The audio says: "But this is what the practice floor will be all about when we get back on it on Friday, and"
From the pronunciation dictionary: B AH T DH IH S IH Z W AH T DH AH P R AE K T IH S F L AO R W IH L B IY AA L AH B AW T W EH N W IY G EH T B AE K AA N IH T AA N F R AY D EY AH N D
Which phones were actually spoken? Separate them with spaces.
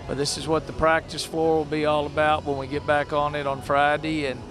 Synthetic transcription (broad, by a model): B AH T DH IH S IH Z W AH T DH AH P R AE K T IH S F AO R W IH L B IY AA L AH B AW T W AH N W IY G EH T B AE K N IH T N F R AY D EY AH N